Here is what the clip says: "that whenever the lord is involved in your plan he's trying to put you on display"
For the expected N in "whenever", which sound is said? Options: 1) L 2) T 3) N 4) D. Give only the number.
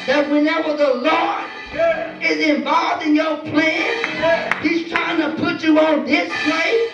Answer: 3